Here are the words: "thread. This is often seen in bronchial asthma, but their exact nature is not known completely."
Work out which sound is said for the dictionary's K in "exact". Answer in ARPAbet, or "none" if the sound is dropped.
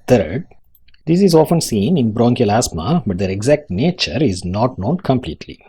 K